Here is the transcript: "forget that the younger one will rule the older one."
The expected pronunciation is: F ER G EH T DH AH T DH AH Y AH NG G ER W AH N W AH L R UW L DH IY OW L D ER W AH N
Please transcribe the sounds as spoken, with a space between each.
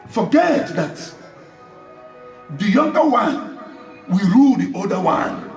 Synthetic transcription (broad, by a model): F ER G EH T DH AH T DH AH Y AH NG G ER W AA N W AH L R UW L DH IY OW D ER W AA N